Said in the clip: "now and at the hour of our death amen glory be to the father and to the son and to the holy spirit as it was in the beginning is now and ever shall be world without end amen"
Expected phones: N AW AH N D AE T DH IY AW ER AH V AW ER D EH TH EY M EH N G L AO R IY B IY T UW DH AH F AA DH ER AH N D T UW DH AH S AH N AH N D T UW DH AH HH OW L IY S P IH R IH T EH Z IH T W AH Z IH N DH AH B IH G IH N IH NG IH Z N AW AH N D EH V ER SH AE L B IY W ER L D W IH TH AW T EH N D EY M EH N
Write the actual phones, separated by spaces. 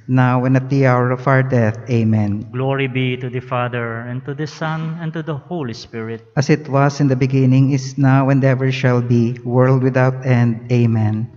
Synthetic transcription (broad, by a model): N AW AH N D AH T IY AW ER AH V AW ER D EH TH EY M EH N G L AO R IY B IY T UW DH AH F AA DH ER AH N T UW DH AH S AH N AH N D T UW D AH HH OW L IY S P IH R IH T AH S IH T W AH S IH N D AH B IH G IH N IH NG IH S N AW AH N D EH V ER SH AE L B IY W ER L D W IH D AW T EH N D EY M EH N